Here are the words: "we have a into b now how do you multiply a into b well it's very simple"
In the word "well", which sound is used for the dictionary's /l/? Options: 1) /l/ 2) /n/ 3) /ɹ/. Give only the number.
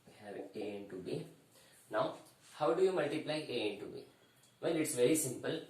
2